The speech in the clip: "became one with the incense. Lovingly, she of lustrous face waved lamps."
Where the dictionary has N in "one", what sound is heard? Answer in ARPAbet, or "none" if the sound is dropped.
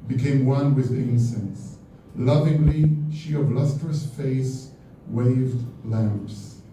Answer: N